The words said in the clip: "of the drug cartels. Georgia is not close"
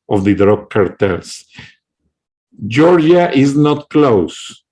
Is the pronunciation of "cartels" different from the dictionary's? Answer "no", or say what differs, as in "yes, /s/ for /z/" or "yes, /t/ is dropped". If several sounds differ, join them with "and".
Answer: yes, /s/ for /z/